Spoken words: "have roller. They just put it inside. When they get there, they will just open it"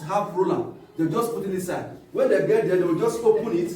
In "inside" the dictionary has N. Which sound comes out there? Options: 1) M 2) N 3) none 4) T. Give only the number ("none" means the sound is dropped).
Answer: 3